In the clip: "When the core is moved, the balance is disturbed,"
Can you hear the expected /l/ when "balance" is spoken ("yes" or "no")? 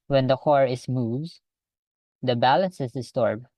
yes